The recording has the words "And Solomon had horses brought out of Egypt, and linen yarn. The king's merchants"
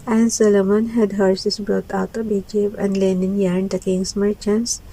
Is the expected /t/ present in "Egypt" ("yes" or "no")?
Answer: no